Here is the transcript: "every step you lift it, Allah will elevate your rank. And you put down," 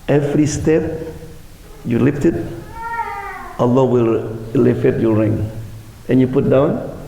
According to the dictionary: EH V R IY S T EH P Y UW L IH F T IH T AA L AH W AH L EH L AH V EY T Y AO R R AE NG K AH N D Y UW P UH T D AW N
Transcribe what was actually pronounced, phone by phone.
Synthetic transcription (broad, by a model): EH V R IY S T EH P Y UW L IH F T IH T AA L AH W AH L L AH F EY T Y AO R R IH NG AH N Y UW P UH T D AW N